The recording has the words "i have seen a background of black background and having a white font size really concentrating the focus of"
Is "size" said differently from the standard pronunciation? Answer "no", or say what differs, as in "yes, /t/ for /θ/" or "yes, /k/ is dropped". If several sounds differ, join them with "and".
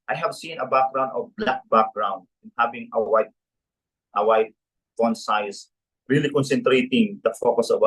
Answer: yes, /s/ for /z/